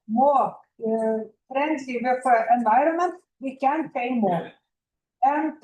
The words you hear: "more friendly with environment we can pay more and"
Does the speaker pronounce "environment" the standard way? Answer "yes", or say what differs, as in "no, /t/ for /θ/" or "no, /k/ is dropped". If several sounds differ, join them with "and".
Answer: yes